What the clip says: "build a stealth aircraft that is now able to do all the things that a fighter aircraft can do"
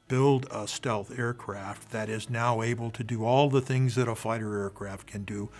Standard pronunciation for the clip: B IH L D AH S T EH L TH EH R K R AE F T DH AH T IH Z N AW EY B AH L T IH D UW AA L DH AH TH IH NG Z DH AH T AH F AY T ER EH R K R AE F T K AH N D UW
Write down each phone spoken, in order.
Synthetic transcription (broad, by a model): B IH L D AH S T EH L TH EH R K R AE F T DH AH T IH Z N AW EY B AH L T IH D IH AA L DH AH TH IH NG Z DH AH T AH F AY T ER EH R K R AE F T K AH N D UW